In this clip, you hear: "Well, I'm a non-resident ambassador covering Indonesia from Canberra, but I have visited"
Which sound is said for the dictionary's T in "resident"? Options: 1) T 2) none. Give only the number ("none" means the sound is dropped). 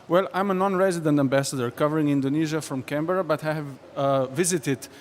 1